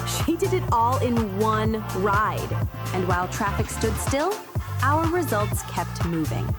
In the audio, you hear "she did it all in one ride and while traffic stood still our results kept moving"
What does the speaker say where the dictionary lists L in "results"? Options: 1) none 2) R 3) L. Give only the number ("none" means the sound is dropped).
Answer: 3